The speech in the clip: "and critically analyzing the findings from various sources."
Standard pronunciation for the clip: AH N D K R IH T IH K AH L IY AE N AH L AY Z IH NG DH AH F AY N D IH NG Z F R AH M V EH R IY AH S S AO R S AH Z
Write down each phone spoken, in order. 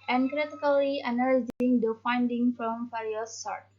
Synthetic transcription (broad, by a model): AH N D K R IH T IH K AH L IY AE N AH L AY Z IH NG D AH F AY N D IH NG F R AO M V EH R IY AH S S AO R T